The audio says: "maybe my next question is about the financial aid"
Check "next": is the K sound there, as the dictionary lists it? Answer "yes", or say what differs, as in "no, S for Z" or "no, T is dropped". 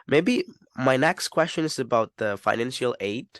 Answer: yes